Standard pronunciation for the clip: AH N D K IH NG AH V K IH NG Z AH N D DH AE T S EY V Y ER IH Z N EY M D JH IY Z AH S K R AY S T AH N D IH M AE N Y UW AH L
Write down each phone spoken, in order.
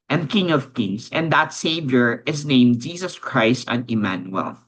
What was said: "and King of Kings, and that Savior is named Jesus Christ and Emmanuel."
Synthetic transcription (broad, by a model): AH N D K IH NG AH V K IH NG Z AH N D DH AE T S EY V Y ER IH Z N EY M D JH IY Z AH S K R AY S T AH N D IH M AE N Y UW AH L